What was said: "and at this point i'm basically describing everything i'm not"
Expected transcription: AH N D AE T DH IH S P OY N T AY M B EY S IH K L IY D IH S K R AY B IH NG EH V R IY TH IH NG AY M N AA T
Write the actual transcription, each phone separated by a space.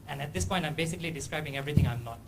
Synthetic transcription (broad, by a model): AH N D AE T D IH S P OY N T AY M B EY S IH K L IY D IH S K R AY B IH NG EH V R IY T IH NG AY M N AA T